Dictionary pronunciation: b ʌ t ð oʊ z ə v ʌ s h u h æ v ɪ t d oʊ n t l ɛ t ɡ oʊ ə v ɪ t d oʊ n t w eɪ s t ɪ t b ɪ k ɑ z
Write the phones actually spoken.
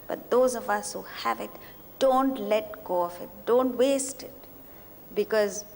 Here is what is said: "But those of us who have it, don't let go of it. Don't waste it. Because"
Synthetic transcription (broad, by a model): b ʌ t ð oʊ z ə v ʌ s h u h æ v ɪ t d oʊ n t l ɛ t ɡ oʊ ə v ɪ t d oʊ n t w eɪ s t ɪ t b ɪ k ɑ z